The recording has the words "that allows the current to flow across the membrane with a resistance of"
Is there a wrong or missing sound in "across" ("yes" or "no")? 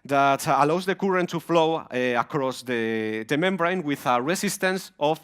no